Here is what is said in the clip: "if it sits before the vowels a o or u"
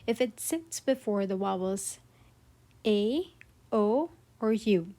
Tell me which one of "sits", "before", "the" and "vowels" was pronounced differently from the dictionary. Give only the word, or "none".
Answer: vowels